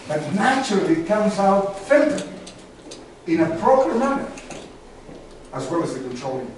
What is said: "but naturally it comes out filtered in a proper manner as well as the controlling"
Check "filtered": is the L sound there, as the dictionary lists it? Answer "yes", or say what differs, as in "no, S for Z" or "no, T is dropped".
no, N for L